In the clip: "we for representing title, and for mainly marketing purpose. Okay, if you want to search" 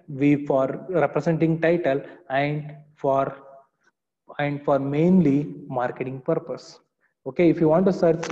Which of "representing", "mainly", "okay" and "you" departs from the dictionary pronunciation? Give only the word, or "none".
representing